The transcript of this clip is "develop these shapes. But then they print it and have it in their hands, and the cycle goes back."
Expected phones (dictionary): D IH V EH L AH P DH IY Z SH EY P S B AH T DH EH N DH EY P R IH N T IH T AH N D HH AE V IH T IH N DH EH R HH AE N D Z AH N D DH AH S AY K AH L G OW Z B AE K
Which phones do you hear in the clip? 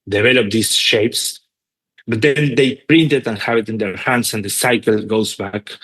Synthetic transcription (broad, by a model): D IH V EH L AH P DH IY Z SH EY P S B AH T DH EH N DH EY P R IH N T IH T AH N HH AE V IH T IH N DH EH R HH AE N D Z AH N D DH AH S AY K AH L G OW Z B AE K